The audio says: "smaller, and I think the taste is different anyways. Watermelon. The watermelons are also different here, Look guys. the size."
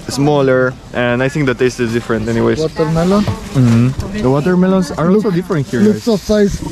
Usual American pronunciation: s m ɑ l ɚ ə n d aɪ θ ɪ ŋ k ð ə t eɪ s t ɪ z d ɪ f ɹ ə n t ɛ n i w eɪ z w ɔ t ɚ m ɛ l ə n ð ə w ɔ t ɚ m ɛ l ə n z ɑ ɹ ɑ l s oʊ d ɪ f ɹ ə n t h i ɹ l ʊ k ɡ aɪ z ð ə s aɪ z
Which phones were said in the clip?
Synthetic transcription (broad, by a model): s m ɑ l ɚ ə n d aɪ θ ɪ ŋ k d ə t eɪ s t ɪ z d ɪ f ɹ ə n t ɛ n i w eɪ w ɔ t ɚ m ɛ l ə n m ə w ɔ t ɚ m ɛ l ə n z ɑ ɹ ɑ l s oʊ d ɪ f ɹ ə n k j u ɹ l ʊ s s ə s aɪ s